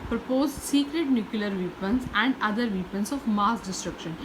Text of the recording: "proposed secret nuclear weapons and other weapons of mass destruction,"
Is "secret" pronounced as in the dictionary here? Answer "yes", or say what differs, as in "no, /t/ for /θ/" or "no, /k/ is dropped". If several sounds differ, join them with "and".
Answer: yes